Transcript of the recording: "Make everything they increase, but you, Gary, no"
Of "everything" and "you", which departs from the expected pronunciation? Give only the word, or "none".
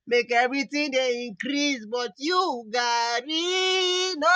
everything